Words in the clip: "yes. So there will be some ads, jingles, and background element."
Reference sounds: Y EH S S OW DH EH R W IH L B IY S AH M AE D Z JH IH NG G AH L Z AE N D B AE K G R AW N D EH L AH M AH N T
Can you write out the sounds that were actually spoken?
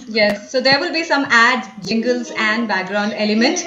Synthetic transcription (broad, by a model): Y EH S S OW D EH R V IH L B IY S AH M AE D JH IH NG G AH L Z AE N D B AE K G R AW N D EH L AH M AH N T